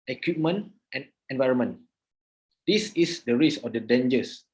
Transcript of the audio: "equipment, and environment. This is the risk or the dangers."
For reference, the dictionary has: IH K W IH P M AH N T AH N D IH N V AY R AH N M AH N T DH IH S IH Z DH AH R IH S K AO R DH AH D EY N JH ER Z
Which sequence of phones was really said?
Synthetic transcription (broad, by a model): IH K W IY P M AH N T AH N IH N V AY R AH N M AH N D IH S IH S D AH R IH S AO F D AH D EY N JH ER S